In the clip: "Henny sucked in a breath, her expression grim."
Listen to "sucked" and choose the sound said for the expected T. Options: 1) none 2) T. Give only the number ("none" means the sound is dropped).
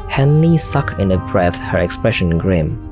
1